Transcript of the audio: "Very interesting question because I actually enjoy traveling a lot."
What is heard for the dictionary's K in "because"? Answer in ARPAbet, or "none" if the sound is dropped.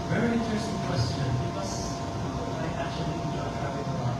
none